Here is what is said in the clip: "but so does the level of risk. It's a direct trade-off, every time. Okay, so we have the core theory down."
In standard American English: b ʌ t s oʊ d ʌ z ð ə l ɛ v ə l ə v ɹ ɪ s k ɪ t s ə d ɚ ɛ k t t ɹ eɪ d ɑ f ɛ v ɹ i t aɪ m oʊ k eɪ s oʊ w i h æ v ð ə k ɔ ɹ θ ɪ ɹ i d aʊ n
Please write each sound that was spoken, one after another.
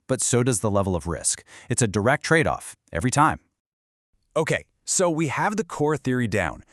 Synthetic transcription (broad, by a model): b ʌ t s oʊ d ʌ z ð ə l ɛ v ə l ə v ɹ ɪ s k ɪ t s ə d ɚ ɛ k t t ɹ eɪ d ɑ f ɛ v ɹ i t aɪ m oʊ k eɪ s oʊ w i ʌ v ð ə k ɔ ɹ θ ɪ ɹ i d aʊ n